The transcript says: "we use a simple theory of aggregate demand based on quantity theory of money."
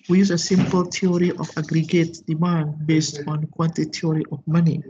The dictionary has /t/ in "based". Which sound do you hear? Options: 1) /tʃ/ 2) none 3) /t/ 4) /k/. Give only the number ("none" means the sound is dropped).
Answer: 3